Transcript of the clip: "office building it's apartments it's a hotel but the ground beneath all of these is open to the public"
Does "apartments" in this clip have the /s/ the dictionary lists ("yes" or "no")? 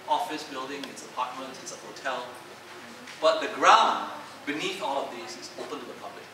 no